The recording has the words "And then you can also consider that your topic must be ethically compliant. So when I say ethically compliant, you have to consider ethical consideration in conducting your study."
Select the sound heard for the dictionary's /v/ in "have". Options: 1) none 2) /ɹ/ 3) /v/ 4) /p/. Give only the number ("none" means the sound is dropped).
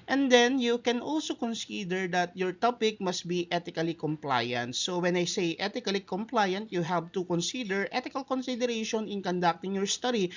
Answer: 4